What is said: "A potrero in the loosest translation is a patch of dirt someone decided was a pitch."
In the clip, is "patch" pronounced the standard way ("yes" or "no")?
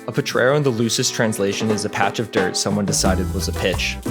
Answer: yes